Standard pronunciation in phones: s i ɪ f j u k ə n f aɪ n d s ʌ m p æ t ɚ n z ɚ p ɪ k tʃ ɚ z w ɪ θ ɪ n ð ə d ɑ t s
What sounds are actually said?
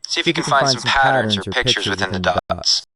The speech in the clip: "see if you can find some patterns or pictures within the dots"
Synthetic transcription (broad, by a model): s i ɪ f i k ə n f aɪ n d s ʌ m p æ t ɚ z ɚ p ɪ k tʃ ɚ z w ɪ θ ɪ n ð ə d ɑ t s